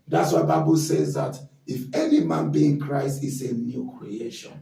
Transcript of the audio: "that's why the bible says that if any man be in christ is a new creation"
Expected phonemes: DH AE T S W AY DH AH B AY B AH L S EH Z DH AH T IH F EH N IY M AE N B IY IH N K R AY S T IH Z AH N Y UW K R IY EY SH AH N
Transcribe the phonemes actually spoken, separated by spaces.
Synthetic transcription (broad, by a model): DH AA T S W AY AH B AY B AH L S EH Z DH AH T IH F EH N IY M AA N B IY IH N K R AY S T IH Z AH N Y UW K R IY EY SH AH N